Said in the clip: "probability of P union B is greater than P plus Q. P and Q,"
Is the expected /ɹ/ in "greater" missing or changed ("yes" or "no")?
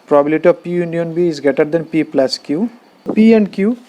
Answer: yes